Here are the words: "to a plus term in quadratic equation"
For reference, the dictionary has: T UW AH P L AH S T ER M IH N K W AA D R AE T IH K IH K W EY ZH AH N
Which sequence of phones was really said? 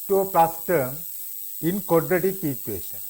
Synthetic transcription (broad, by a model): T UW AH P AH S T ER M IH N K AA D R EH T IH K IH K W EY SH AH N